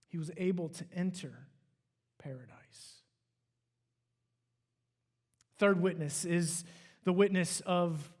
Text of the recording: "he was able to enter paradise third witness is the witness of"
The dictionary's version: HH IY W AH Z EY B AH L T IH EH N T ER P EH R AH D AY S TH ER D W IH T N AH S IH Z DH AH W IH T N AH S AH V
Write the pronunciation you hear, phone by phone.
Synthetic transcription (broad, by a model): HH IY W AH Z EY B L T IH EH N T ER P EH R AH D AY S TH ER D W IH T N AH S IH Z DH AH W IH T N AH S AH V